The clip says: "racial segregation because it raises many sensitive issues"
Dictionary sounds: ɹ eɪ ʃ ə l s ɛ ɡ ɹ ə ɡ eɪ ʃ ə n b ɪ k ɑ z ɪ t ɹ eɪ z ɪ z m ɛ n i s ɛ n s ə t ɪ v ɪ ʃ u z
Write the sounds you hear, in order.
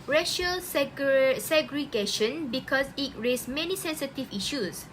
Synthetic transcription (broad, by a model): ɹ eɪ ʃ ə l s ɛ ɡ ɹ ə ɡ eɪ ʃ ə n b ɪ k ɑ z ɪ t ɹ eɪ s m ɛ n i s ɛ n s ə t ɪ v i ʃ u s